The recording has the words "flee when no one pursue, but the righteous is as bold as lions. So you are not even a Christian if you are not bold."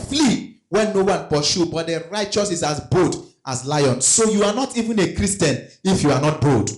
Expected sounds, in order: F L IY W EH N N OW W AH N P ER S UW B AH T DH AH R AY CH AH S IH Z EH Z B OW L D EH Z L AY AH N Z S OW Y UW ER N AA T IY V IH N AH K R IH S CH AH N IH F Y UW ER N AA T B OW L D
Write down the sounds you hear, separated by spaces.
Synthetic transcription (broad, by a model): F L IY W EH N N OW W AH N P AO SH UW B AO T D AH R AY CH AH S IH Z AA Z B OW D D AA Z L AY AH N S S OW Y UW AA N AA T IY V IH N AH K R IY S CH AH N IH F Y UW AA N AA T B OW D